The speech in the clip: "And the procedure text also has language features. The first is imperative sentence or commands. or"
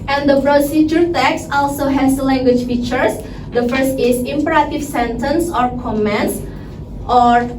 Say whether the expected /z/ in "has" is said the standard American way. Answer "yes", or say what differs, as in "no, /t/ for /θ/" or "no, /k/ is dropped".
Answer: no, /s/ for /z/